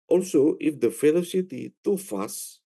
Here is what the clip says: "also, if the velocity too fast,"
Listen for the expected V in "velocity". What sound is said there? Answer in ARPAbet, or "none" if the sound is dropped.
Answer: F